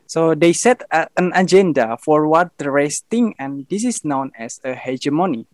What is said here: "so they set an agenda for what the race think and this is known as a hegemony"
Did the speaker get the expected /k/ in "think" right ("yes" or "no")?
no